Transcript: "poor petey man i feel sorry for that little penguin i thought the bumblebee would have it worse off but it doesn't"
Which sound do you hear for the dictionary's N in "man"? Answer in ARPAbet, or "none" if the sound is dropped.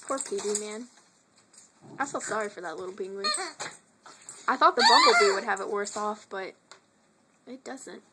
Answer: N